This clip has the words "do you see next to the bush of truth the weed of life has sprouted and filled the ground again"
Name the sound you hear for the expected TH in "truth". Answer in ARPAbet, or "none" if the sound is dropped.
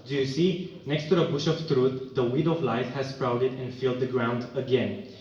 T